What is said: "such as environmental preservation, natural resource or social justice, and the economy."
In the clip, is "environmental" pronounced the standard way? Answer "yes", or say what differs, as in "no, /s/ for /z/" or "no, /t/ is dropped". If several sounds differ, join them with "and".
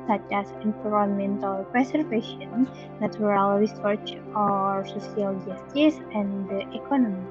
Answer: no, /p/ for /v/